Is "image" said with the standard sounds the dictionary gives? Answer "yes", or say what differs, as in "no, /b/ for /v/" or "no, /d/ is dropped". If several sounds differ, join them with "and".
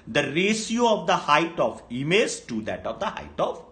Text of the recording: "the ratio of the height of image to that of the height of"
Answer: no, /z/ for /dʒ/